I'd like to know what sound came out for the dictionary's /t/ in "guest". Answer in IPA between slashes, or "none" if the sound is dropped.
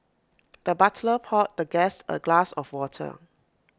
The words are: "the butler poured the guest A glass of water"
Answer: none